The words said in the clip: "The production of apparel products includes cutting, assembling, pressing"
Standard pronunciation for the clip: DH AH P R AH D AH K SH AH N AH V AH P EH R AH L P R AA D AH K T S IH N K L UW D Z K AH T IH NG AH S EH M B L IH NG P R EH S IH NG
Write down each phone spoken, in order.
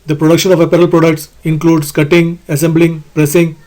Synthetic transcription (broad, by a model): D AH P R AH D AH K SH AH N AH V AH P EH R AH L P R AA D AH K T S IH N K L UW D S K AH T IH NG AH S EH M B L IH NG P R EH S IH NG